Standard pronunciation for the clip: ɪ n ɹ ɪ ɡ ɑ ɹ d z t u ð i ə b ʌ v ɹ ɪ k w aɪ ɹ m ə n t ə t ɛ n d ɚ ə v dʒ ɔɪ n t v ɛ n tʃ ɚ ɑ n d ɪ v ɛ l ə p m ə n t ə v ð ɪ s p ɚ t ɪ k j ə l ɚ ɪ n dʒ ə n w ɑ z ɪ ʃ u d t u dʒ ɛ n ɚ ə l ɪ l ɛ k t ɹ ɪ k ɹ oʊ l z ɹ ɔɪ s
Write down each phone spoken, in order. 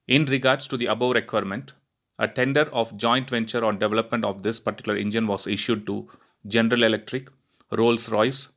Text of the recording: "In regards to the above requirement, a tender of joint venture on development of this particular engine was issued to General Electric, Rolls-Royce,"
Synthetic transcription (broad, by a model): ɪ n ɹ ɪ ɡ ɑ ɹ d s t u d i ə b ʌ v ɹ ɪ k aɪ ɹ m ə n t ə t ɛ n d ɚ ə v dʒ ɔɪ n t v ɛ n tʃ ɚ ɑ n d ɪ v ɛ l ə p m ə n t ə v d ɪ s p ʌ t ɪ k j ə l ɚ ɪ n dʒ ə n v ɑ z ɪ ʃ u d t u dʒ ɛ n ɚ ə l ɪ l ɛ k t ɹ ɪ k ɹ oʊ l s ɹ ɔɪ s